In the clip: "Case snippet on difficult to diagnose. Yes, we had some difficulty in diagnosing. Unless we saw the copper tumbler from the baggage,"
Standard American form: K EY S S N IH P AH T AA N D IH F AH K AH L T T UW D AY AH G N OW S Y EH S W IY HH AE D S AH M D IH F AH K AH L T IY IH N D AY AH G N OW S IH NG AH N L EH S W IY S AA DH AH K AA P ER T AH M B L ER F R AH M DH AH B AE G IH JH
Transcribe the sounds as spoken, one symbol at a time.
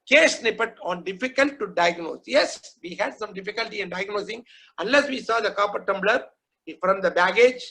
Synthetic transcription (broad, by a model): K EY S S N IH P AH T AA N D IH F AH K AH L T T UW D AY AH G N OW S Y EH S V IY HH AE D S AH M D IH F AH K AH L T IY IH N D AY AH G N OW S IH NG AH N L EH S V IY S AA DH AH K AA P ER T AH M B L ER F R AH M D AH B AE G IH JH